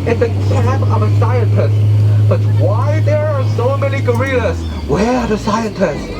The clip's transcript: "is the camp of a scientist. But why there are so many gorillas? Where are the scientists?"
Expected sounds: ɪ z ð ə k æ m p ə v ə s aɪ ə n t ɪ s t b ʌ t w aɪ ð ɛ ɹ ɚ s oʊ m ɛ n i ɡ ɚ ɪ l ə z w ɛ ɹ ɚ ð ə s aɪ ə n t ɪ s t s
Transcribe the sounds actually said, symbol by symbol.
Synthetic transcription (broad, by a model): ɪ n ð ə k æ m ə v ə s aɪ ə n t ɪ s t b ʌ t w aɪ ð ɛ ɹ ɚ s oʊ m ɛ n i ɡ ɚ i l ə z w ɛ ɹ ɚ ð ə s aɪ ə n t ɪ s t